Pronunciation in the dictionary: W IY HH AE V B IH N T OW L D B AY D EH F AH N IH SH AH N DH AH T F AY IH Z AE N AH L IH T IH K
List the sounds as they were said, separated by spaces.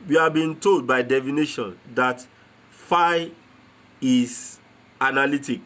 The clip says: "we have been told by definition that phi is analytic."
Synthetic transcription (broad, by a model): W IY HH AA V B IH N T OW L D B AY D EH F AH N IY SH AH N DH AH T F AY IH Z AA N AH L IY T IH K